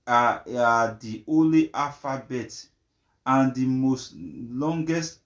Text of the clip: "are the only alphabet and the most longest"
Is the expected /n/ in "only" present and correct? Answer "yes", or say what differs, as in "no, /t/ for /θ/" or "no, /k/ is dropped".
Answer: no, /n/ is dropped